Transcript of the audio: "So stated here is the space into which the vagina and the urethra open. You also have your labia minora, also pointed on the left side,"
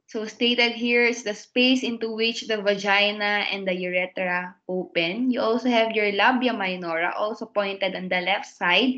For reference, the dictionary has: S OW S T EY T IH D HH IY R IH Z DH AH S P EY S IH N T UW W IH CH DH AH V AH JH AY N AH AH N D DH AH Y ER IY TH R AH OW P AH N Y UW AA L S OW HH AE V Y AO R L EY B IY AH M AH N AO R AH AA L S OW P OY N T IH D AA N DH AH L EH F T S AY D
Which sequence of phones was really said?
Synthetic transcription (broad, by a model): S OW S T EY T IH D HH IY R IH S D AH S P EY S IH N T UW W IH CH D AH V AH JH AY N AH AH N D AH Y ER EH T R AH OW P AH N Y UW AA L S OW HH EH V Y AO R L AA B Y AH M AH N AO R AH AA L S OW P OY N T IH D AA N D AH L EH F T S AY D